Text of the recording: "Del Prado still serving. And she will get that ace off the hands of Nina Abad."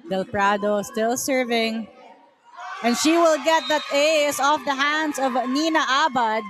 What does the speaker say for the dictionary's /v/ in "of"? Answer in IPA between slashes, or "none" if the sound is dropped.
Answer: /v/